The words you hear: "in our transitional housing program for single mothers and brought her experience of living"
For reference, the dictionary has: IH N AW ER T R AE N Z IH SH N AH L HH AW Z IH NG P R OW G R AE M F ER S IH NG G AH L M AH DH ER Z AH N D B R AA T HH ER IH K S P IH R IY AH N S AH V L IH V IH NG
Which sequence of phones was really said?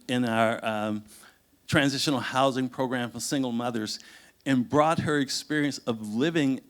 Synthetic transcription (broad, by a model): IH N AW ER T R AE N Z IH SH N L HH AW Z IH NG P R OW G R AE M F ER S IH NG G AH L M AH DH ER Z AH N B R AA T HH ER IH K S P IH R IY AH N S AH V L IH V IH NG